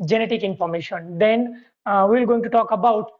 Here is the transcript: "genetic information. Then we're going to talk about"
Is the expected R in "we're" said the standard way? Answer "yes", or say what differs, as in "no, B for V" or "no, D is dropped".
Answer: no, L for R